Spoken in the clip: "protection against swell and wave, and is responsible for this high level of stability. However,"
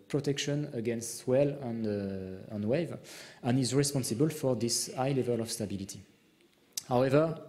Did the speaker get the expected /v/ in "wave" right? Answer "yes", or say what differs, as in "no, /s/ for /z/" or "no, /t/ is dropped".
yes